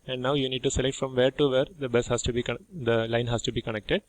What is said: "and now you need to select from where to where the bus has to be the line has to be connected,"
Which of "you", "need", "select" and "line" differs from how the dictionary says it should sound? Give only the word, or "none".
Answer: none